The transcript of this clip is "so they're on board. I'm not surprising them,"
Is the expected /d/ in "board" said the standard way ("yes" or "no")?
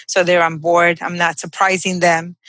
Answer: yes